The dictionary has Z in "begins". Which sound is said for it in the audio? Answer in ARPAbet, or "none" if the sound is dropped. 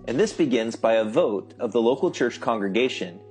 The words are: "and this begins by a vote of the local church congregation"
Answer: Z